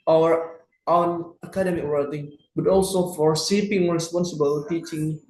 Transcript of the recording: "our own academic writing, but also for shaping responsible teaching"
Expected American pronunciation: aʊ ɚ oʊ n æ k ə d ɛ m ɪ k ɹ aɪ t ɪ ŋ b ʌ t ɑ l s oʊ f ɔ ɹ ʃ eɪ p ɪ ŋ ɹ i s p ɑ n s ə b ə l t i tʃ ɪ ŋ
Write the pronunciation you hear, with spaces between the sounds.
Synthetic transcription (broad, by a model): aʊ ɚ oʊ n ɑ k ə d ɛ m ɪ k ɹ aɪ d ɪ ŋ b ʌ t ɑ l s oʊ f ɔ ɹ s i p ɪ ŋ ɹ i s p ɑ n s ə b ə l t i tʃ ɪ ŋ